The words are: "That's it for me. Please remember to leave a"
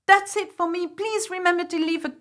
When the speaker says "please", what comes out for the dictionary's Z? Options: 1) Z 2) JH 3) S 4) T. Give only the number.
1